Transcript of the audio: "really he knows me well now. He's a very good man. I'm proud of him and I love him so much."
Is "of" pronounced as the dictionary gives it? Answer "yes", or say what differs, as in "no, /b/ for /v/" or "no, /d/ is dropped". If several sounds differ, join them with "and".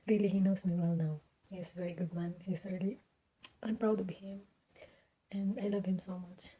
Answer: no, /b/ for /v/